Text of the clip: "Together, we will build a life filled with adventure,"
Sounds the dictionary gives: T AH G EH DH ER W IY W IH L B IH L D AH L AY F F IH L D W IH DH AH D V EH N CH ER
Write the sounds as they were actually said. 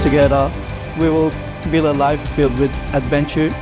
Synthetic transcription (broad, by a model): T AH G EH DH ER W IY W IH L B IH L AH L AY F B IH L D W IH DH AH D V EH N CH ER